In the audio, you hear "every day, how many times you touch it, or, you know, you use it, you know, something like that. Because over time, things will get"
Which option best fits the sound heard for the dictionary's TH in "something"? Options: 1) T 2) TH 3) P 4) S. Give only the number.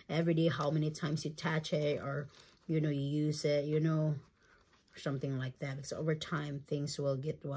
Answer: 2